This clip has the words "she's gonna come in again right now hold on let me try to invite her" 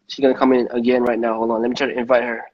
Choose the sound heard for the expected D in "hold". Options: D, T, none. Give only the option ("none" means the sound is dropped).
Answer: none